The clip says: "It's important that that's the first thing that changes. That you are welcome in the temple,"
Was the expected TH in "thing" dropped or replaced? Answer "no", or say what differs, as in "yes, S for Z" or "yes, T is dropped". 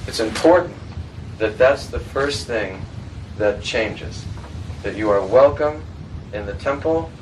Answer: no